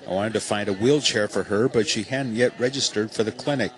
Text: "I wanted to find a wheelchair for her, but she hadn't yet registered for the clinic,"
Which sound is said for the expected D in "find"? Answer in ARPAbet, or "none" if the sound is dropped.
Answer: D